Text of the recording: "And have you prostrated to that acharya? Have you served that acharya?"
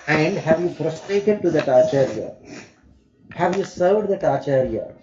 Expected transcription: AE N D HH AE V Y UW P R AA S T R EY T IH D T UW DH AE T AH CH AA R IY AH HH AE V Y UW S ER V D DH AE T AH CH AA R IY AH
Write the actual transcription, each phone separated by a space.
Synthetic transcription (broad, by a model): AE N D HH AE V Y UW F R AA S T R EY T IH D T UW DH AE T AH CH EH R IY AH HH AE V Y UW S ER V D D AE T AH CH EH R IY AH